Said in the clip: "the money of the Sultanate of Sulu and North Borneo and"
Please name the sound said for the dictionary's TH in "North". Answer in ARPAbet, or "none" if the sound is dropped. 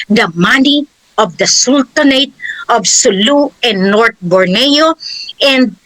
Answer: T